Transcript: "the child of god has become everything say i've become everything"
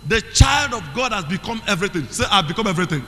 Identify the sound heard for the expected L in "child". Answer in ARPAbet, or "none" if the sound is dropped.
L